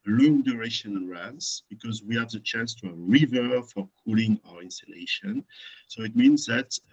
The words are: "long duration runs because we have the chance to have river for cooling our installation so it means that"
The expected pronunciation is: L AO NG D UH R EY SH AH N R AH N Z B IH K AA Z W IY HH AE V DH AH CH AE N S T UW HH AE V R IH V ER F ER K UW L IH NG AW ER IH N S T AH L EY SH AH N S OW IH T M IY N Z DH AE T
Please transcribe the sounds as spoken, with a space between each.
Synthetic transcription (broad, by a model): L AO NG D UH R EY SH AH N R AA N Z B IH K AA Z W IY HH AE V DH AH CH AE N S T UW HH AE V R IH V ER F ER K UW L IH NG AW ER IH N S T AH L EY SH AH N S OW IH T M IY N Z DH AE T